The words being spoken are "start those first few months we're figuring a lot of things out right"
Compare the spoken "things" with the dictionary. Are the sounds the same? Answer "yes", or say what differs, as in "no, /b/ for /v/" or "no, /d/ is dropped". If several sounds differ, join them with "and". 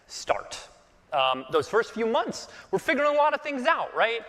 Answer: yes